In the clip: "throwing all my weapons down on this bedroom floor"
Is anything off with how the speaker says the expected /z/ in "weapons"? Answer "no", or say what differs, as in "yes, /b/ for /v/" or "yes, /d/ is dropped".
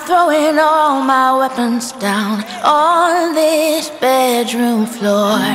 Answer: no